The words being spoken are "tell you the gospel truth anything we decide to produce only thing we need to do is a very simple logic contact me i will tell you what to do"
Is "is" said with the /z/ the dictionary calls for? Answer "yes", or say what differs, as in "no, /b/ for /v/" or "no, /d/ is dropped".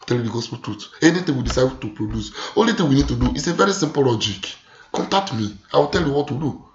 no, /s/ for /z/